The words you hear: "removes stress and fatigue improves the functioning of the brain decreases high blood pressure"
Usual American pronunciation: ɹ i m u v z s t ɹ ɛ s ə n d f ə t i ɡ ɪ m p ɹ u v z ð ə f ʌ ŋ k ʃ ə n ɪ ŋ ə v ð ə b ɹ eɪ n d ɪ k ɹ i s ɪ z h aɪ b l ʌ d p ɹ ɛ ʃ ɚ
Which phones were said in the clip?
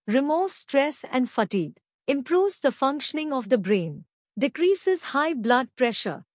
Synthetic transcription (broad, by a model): ɹ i m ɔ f s t ɹ ɛ s ə n d f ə t i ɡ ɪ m p ɹ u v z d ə f ʌ ŋ k ʃ ə n ɪ ŋ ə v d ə b ɹ eɪ n d ɪ k ɹ i s ɪ z h aɪ b l ʌ d p ɹ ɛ ʃ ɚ